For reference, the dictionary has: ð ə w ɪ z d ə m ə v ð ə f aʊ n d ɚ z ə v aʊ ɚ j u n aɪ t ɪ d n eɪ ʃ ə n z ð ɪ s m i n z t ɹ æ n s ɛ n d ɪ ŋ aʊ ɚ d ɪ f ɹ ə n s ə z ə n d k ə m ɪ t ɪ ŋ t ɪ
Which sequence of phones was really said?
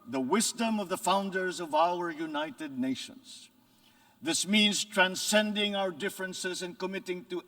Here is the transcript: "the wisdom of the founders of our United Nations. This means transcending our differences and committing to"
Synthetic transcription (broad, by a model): ð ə w ɪ z d ə m ə v ð ə f aʊ n d ɚ z ə v aʊ ɚ j u n aɪ t ɪ d n eɪ ʃ ə n z ð ɪ s m i n z t ɹ æ n s ɛ n d ɪ ŋ aʊ ɚ d ɪ f ɹ ə n s ə z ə n k ə m ɪ t ɪ ŋ t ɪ